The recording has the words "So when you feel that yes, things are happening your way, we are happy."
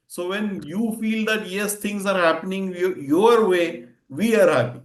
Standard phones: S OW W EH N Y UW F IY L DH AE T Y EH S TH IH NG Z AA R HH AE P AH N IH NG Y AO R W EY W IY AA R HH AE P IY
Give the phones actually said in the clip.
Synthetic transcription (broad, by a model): S OW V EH N Y UW F IY L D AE T Y EH S T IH NG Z AA R HH AE P AH N IH NG Y AO R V EY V IY AA R HH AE P IY